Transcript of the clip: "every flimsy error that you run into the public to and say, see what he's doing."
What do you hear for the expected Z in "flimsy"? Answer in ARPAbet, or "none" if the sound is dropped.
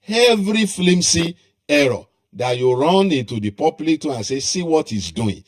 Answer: S